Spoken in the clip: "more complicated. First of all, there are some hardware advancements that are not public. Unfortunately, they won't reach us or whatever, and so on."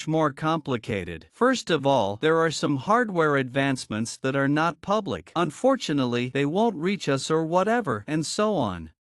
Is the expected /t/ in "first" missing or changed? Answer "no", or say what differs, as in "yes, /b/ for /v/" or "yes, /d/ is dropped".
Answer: no